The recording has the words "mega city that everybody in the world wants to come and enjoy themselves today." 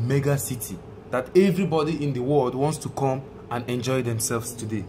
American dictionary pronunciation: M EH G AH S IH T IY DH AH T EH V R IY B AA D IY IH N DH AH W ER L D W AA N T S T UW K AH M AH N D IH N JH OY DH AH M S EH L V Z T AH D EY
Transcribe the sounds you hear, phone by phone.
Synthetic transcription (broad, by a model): M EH G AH S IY T IY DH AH T EH V R IY B AA D IY IH N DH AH W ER L D W AA N T S T UW K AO M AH N IH N JH OY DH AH M S EH L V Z T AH D EY